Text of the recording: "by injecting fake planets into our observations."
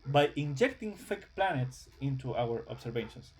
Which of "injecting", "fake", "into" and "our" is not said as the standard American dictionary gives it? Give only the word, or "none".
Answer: none